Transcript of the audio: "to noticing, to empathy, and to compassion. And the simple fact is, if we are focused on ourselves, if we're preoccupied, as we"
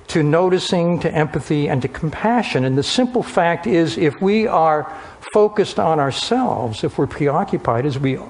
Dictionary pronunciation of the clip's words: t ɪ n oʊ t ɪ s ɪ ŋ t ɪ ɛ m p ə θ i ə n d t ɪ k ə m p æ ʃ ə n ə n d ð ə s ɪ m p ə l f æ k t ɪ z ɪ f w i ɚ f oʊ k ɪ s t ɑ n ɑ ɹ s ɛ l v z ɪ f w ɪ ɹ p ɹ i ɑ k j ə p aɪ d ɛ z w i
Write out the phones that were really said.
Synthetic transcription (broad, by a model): t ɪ n oʊ t ɪ s ɪ ŋ t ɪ ɛ m p ə θ i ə n t ɪ k m p æ ʃ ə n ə n ð ə s ɪ m p l f æ k t ɪ z ɪ f w i ɚ f oʊ k ɪ s t n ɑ ɹ s ɛ l v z ɪ f w ɪ ɹ p ɹ i ɑ k j ə p aɪ d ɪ z w i